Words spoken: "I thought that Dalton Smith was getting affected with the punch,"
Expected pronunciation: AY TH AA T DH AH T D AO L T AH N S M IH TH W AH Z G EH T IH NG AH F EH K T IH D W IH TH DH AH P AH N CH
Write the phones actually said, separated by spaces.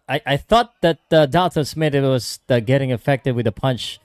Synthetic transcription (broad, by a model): AY TH AA T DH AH T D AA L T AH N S M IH T W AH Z G EH T IH NG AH F EH K T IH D W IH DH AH P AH N CH